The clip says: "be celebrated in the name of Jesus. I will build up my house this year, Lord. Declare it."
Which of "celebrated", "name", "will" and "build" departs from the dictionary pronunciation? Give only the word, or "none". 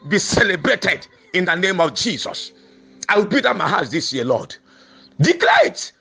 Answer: build